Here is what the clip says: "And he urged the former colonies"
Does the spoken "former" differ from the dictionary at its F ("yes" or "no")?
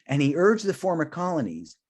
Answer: no